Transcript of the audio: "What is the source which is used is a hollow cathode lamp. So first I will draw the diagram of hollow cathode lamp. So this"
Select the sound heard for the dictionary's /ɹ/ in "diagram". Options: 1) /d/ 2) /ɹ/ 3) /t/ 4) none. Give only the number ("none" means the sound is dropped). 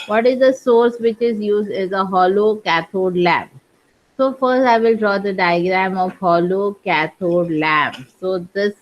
2